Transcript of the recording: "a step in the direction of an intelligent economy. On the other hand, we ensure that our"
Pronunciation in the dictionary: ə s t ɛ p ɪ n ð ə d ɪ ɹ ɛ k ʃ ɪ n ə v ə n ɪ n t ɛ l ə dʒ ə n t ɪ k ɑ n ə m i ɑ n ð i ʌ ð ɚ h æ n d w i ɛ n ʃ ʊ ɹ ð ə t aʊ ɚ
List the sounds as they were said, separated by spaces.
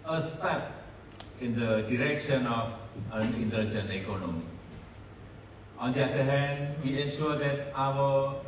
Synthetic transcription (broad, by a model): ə s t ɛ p ɪ n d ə d ɪ ɹ ɛ k ʃ ɪ n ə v ə n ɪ n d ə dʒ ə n ɪ k ɑ n ə m i ɑ n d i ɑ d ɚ h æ n d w i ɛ n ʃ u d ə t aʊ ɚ